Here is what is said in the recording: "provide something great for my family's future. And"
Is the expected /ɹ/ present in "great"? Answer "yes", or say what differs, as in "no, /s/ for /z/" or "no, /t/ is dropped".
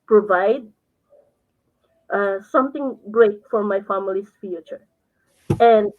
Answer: yes